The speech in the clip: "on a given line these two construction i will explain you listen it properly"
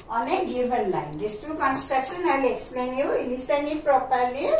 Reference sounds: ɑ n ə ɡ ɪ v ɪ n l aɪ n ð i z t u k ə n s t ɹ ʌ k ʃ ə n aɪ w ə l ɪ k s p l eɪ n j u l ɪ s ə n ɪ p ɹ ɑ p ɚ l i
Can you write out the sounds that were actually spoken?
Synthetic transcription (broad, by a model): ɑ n ə ɡ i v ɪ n l aɪ n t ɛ s t u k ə n s t ɹ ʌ k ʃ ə n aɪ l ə ɪ k s p l eɪ n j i n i s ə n ɪ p ɹ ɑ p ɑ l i